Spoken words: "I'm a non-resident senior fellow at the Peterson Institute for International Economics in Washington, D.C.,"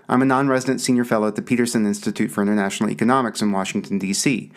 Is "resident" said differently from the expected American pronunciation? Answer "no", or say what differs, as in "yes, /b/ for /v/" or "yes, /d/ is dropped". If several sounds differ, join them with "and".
no